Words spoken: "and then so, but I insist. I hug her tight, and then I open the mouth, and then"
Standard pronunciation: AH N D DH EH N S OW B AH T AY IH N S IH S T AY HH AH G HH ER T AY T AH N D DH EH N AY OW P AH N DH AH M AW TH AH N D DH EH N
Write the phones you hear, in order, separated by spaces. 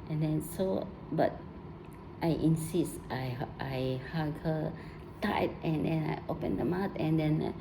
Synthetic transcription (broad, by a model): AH N D EH N S OW B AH T AY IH N S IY S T AY HH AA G HH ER T AY T AH N D EH N AY OW P AH N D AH M AW T AH N D EH N